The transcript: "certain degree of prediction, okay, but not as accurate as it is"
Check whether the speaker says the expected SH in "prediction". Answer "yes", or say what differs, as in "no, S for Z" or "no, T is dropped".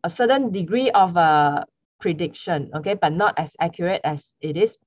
yes